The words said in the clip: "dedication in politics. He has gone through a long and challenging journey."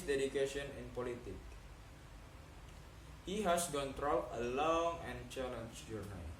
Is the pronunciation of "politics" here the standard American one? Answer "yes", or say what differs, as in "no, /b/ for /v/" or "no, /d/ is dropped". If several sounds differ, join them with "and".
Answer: no, /s/ is dropped